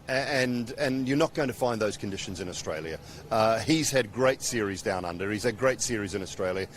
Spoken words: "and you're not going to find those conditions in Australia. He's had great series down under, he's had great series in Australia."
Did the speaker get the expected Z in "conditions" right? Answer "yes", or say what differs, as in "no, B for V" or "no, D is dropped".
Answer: yes